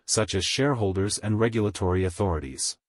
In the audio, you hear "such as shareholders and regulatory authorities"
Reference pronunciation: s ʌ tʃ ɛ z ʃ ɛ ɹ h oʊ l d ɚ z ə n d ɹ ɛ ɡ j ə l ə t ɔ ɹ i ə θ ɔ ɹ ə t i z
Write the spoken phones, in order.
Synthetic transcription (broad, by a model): s ʌ tʃ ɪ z ʃ ɛ ɹ h oʊ l d ɚ z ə n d ɹ ɛ ɡ j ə l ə t ɔ ɹ i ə θ ɔ ɹ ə t i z